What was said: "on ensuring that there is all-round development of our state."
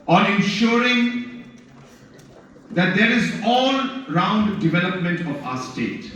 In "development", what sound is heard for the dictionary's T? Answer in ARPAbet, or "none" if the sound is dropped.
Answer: T